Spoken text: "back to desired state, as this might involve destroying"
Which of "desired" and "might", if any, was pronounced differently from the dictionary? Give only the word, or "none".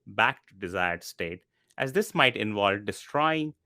none